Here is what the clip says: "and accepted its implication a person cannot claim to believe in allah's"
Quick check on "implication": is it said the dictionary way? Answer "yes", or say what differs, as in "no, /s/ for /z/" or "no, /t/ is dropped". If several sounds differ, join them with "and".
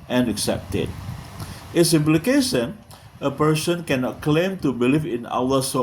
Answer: yes